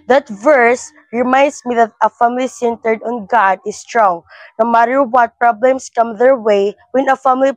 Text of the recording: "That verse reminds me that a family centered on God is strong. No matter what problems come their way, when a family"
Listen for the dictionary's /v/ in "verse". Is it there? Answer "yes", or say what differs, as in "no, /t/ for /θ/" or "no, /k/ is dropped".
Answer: yes